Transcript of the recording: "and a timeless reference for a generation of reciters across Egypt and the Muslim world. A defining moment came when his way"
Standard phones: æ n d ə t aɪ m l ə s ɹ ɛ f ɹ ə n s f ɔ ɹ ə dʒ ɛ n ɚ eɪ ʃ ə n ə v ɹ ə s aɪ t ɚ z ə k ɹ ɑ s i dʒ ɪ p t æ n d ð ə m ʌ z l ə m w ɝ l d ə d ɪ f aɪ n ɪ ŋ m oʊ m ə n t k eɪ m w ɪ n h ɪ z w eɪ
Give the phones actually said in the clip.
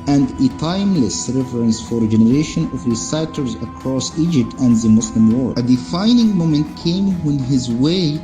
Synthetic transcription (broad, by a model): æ n d ə t aɪ m l ə s ɹ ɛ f ɹ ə n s f ɔ ɹ ə dʒ ɛ n ɚ eɪ ʃ ə n ə v ɹ ə s aɪ t ɚ z ə k ɹ ɑ s i dʒ ɪ p t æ n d ð ə m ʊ s l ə m w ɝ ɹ ə d ɪ f aɪ n ɪ ŋ m oʊ m ə n t k eɪ m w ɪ n h ɪ z w eɪ